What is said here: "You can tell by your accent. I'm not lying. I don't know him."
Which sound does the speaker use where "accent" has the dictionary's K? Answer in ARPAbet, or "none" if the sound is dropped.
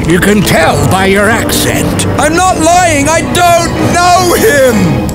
K